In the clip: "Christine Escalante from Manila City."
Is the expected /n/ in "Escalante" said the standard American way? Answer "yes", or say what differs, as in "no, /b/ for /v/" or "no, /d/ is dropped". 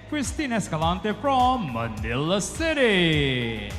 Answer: yes